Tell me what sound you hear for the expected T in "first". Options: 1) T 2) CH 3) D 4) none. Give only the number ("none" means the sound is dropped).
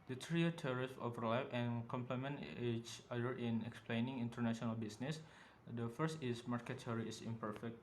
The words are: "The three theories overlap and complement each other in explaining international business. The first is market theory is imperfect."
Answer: 1